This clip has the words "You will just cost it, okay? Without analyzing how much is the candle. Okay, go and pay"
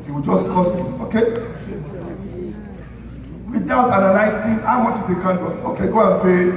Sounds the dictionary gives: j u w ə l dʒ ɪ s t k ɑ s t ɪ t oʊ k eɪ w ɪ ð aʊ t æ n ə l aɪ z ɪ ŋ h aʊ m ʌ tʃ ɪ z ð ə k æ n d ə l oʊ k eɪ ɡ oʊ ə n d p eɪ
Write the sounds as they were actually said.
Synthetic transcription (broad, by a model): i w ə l dʒ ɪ s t k ɑ s t ɪ t oʊ k eɪ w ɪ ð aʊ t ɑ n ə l aɪ s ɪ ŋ h aʊ m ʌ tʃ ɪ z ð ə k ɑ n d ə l oʊ k eɪ ɡ oʊ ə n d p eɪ